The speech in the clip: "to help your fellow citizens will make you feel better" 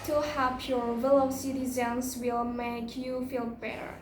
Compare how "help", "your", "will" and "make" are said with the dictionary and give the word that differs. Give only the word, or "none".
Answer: help